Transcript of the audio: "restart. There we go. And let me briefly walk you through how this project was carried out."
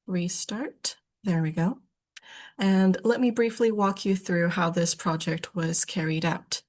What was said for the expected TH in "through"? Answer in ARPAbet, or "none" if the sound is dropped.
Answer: TH